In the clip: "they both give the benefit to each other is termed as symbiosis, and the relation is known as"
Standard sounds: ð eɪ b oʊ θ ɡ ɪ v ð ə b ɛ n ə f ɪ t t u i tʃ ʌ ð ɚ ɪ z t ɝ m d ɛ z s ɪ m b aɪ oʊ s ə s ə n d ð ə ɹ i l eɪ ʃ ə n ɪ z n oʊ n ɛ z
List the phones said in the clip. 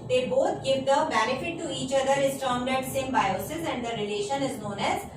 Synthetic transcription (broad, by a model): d eɪ b oʊ t ɡ ɪ v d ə b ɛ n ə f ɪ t t u i tʃ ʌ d ɚ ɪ s t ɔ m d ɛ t s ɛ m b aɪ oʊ s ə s ə n d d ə ɹ i l eɪ ʃ ə n ɪ z n oʊ n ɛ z